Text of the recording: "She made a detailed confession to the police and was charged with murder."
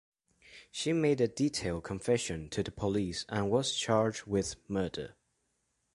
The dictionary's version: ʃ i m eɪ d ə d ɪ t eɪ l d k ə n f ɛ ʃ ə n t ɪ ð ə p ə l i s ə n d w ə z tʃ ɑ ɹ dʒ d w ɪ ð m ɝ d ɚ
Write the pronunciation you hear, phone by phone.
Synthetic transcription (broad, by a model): ʃ i m eɪ d ə d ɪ t eɪ l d k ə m f ɛ ʃ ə n t ɪ ð ə p ə l i s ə n w ə z tʃ ɑ ɹ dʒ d w ɪ ð m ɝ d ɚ